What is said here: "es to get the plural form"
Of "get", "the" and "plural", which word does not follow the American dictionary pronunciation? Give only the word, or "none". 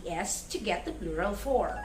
plural